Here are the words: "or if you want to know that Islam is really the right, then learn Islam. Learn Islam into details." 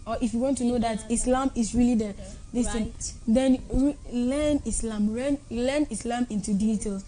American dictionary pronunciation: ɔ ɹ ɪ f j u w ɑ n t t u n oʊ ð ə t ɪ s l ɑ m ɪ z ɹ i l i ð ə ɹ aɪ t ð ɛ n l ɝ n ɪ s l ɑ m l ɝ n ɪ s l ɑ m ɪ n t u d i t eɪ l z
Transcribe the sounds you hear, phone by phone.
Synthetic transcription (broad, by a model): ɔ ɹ ɪ f j u w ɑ n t t u n oʊ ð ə t ɪ s l ɑ m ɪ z ɹ i l i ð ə l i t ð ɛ n l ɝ n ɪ s l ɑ m l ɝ n ɪ s l ɑ m ɪ n t u d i t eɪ l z